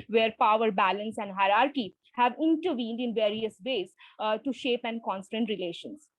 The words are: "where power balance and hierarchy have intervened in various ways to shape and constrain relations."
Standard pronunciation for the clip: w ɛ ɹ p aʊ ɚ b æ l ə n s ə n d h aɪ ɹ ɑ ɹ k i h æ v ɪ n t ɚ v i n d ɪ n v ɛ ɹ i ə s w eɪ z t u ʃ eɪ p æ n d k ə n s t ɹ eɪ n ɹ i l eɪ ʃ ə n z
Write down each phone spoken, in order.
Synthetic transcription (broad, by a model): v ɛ ɹ p aʊ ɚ b æ l ə n s ə n d h aɪ ɹ ɑ ɹ k i h æ v ɪ n t ɚ v i n d ɪ n v ɛ ɹ i ə s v eɪ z t u ʃ eɪ p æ n k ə n s t ʌ n ɹ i l eɪ ʃ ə n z